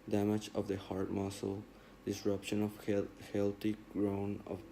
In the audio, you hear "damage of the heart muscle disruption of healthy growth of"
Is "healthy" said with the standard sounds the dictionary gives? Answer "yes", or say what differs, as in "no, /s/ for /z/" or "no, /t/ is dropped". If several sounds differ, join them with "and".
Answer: no, /t/ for /θ/